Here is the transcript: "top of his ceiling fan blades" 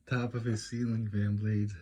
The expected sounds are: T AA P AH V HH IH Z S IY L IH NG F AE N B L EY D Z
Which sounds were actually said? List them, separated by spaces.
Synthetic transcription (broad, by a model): T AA P AH V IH S IY L IH NG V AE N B L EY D